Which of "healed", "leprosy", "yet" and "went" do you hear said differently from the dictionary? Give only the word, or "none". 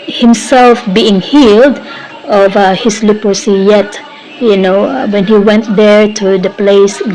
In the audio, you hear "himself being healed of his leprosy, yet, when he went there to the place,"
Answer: leprosy